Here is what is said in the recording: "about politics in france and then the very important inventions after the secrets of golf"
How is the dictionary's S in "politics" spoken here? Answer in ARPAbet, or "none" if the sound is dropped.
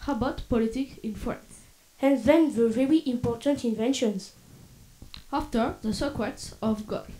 none